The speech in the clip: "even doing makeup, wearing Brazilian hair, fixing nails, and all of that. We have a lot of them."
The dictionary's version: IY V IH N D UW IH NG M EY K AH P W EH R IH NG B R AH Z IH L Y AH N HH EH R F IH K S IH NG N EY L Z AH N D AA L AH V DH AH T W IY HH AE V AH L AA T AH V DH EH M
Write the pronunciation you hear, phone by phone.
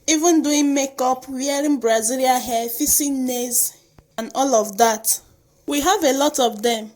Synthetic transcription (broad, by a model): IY V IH N D UW IH NG M EY K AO P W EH R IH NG B R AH Z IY L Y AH HH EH F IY S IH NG N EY Z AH N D AA L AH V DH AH T W IY HH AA V AH L AA T AH V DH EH M